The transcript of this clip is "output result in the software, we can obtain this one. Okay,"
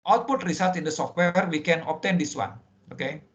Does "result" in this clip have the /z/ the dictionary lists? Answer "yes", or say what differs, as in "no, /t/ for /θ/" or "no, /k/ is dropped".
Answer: no, /s/ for /z/